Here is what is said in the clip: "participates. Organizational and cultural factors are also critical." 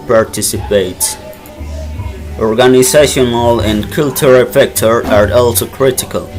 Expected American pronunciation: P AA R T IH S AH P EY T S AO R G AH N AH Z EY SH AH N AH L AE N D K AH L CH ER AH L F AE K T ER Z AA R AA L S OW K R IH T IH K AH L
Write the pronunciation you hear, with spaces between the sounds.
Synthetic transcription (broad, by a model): P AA R T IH S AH P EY T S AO R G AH N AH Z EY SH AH N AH L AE N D K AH L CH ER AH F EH K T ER AA R AA L S OW K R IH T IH K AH L